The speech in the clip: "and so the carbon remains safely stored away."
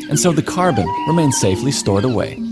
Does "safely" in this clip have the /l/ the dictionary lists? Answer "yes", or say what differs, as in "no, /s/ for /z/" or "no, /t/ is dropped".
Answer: yes